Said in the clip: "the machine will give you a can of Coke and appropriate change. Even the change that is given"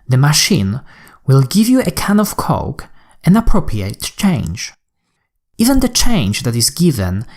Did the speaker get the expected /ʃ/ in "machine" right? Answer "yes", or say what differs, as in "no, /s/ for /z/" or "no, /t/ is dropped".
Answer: yes